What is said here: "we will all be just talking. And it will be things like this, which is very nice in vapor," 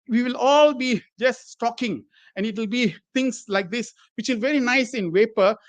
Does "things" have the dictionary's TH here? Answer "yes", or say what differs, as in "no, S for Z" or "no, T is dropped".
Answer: no, T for TH